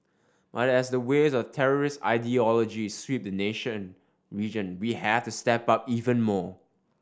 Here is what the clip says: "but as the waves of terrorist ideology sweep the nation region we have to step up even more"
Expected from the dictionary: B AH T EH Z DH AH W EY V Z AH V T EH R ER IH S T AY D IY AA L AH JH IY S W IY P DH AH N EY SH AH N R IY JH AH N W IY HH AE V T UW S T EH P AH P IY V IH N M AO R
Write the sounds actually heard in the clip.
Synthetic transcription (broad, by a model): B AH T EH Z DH AH W EY Z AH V T EH R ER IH S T AY D IY AA L AH JH IY S W IY P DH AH N EY SH AH N R IY JH AH N W IY HH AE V T UW S T EH P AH P IY V IH N M AO